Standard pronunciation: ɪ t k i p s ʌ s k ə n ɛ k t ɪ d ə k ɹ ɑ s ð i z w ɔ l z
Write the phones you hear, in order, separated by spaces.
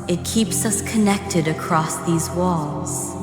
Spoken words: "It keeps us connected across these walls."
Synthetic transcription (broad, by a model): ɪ t k i p s ʌ s k ə n ɛ k t ɪ d ə k ɹ ɑ s ð i z w ɔ l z